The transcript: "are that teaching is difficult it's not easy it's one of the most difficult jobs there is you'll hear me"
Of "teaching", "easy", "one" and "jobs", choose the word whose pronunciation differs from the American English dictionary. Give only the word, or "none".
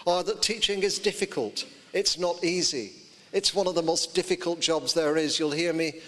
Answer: none